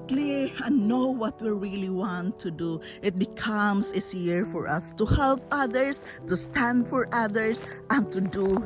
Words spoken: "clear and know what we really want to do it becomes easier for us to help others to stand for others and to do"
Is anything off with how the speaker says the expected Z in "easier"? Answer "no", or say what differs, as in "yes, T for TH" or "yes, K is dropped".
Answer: yes, S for Z